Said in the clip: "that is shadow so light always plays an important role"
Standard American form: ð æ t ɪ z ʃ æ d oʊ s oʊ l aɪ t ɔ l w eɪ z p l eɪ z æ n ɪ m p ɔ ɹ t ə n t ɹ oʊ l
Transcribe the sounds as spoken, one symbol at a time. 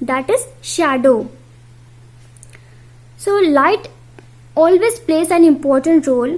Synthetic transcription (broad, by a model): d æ t ɪ z ʃ æ d oʊ s oʊ l aɪ t ɔ l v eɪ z p l eɪ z æ n ɪ m p ɔ ɹ t ə n t ɹ oʊ l